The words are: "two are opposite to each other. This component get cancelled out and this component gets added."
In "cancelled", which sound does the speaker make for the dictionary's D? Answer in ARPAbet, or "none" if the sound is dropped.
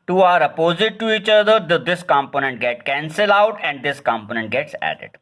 none